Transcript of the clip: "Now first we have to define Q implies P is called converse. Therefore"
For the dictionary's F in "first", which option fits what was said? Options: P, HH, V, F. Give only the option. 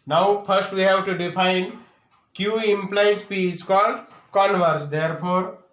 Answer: P